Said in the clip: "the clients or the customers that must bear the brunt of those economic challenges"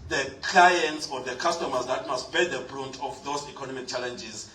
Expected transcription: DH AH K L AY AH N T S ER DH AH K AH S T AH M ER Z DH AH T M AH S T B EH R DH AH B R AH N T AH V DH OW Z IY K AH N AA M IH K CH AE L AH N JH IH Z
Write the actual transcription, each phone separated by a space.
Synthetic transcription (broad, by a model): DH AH K L AY AH N T S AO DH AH K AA S T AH M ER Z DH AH T M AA S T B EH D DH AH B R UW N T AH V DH OW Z IY K AH N AA M IH K CH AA L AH N JH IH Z